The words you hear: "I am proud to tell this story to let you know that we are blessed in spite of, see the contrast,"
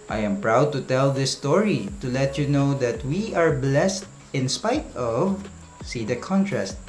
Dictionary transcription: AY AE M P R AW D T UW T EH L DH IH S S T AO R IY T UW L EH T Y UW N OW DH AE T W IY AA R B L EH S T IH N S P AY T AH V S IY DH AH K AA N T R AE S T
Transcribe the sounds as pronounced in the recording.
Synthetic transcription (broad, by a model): AY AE M P R AW D T UW T EH L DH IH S S T AO R IY T UW L EH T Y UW N OW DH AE T W IY AA R B L EH S T IH N S P AY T AH V S IY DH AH K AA N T R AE S T